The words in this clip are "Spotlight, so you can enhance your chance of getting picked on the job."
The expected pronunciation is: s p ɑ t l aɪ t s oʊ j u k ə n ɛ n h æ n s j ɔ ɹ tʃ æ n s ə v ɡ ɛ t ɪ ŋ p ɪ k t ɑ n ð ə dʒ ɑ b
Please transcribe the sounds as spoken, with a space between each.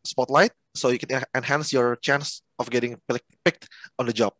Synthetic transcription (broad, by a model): s p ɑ t l aɪ t s oʊ j u k ə n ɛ n h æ n s j ɔ ɹ tʃ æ n s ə f ɡ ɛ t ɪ ŋ p ɪ k t ɑ n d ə dʒ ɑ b